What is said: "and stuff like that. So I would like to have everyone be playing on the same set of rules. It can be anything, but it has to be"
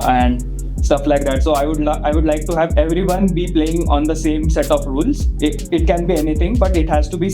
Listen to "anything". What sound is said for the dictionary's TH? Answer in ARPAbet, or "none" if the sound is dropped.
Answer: T